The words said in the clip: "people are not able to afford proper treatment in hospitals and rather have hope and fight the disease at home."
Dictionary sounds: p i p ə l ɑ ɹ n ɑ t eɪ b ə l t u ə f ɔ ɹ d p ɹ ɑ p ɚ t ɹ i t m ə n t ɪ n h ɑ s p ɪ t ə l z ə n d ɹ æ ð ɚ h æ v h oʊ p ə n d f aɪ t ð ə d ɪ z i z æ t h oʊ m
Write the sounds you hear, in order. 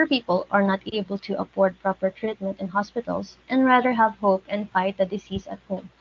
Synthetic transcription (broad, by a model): p i p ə l ɑ ɹ n ɑ t eɪ b ə l t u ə p ɔ ɹ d p ɹ ɑ p ɚ t ɹ i t m ə n t ɪ n h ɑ s p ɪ t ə l s ə n d ɹ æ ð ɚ h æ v h oʊ p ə n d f aɪ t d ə d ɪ s i s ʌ t h oʊ m